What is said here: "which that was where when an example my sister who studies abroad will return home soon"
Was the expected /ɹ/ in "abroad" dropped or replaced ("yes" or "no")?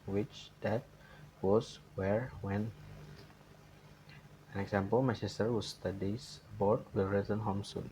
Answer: yes